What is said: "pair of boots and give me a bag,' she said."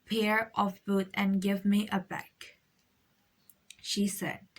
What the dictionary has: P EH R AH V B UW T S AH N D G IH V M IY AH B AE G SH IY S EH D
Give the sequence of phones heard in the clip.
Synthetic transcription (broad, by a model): P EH R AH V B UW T AH N G IH V M IY AH B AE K SH IY S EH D